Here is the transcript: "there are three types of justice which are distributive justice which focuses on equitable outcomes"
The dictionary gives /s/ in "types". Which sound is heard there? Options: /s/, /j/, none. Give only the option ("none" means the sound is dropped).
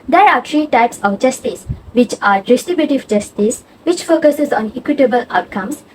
/s/